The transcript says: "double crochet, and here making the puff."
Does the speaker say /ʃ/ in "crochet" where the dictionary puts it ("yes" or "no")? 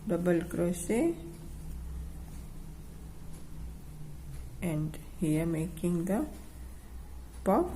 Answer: no